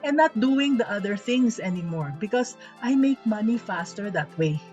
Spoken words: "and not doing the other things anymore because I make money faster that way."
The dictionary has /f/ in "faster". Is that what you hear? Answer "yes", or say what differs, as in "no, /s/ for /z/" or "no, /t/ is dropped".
yes